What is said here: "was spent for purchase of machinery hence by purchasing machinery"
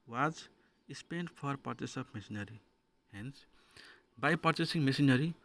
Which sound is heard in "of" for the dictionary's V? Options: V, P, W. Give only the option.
P